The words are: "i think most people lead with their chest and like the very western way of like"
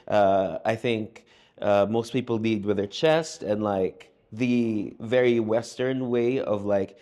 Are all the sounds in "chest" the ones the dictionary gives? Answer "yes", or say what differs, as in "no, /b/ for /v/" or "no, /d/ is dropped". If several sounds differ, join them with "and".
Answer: yes